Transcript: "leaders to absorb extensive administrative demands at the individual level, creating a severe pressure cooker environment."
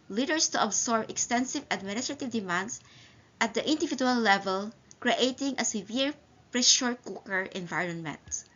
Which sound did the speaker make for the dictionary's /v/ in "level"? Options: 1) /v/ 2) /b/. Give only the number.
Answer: 1